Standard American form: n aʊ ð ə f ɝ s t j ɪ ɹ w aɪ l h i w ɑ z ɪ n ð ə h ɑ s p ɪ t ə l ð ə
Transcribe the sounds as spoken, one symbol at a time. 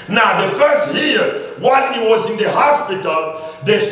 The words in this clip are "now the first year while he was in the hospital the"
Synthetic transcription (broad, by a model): n aʊ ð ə f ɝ s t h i w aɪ n h i w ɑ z ɪ n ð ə h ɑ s p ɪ t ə l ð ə